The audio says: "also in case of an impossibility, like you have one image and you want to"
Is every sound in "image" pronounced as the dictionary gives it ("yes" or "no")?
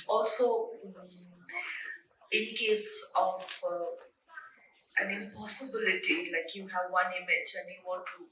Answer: no